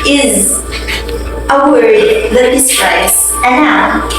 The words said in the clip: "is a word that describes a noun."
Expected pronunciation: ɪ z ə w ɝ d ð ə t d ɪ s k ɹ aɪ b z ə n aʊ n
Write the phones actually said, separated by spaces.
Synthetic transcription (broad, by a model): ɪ z ə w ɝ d ð ə t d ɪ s ɹ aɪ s ə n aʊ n